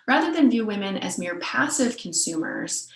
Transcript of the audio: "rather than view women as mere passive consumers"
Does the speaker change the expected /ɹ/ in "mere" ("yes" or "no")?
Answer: no